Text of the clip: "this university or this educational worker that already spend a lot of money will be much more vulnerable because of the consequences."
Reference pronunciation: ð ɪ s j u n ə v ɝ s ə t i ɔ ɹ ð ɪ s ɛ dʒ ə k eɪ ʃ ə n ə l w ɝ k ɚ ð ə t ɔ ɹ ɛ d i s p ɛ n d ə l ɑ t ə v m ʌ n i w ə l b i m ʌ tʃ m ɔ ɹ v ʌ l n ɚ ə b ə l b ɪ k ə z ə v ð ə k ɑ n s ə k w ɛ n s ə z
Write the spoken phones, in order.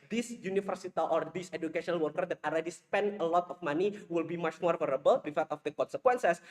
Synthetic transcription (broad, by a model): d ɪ s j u n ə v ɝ s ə t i ɔ ɹ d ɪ s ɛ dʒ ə k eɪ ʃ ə n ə l w ɝ k ɚ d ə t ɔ l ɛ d i s p ɛ n d ə l ɑ t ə f m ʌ n i w ə l b i m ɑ tʃ m ɔ ɹ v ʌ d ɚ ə b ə l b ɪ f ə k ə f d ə k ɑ n s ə k w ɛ n s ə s